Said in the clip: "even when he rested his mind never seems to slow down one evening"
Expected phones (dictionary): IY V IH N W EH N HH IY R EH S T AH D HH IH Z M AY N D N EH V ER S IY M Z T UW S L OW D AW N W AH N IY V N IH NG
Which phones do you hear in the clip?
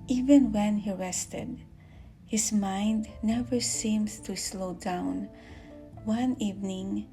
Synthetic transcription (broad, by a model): IY V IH N W EH N HH IY R EH S T AH D HH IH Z M AY N D N EH V ER S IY M S T UW S L OW D AW N W AH N IY V N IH NG